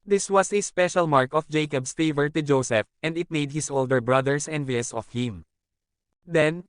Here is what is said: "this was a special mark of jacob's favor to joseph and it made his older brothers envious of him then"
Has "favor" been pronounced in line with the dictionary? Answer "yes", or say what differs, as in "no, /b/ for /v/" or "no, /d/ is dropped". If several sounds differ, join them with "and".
yes